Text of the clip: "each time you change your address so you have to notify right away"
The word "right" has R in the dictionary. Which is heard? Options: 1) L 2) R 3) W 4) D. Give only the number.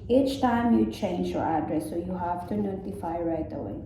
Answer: 2